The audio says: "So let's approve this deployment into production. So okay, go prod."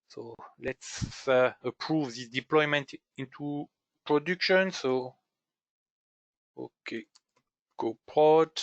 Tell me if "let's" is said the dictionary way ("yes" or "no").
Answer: yes